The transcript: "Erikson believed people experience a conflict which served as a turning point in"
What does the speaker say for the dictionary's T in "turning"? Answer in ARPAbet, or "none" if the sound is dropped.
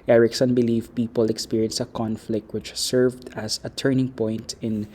T